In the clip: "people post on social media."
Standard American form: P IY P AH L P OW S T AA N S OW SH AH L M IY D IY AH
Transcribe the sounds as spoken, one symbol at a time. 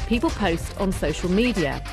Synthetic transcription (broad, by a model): P IY P AH L P OW S T N S OW SH AH L M IY D IY AH